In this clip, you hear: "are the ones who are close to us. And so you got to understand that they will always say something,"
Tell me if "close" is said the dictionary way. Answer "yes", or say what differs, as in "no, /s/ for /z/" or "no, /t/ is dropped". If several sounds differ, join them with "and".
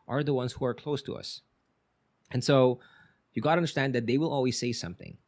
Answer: yes